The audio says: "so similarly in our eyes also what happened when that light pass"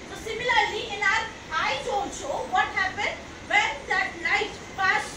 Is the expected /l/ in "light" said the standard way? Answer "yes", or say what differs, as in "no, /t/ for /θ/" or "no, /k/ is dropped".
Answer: no, /n/ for /l/